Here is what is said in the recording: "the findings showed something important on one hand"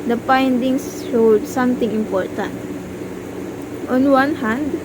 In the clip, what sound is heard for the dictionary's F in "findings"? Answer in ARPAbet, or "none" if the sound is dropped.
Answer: P